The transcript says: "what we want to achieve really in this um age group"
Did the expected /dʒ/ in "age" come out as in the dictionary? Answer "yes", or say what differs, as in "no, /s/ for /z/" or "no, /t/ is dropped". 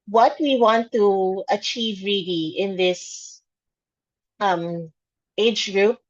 yes